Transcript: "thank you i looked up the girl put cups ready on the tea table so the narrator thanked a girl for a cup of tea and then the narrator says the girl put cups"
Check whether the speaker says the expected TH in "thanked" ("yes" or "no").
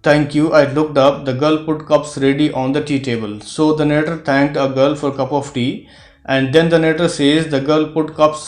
no